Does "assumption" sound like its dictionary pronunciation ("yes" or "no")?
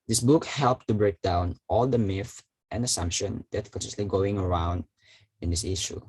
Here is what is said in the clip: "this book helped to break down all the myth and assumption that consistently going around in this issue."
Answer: yes